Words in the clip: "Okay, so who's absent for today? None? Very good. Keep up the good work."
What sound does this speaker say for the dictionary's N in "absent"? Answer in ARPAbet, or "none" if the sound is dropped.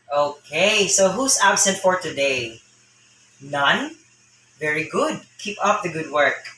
N